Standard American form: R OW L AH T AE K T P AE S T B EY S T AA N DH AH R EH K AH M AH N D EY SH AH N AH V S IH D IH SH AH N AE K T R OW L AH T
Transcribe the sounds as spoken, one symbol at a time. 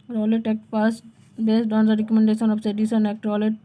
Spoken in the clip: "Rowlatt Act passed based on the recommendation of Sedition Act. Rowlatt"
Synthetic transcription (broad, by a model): R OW L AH T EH K T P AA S T B EY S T AA N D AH R EH K AH M AH N D EY SH AH N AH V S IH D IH S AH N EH K T R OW L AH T